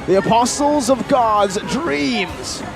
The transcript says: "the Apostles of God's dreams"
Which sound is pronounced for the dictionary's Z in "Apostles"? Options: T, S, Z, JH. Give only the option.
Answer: Z